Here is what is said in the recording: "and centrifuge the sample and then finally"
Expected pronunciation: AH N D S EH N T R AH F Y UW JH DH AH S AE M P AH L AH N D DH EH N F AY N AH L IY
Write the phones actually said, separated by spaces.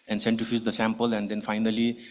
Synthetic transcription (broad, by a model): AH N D S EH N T AH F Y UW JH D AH S AE M P AH L AH N D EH N F AY N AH L IY